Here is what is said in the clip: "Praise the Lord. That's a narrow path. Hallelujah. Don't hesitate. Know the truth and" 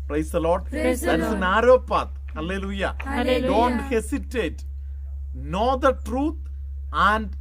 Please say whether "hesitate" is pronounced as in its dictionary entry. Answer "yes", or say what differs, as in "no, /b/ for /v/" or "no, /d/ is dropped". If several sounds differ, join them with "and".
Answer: no, /s/ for /z/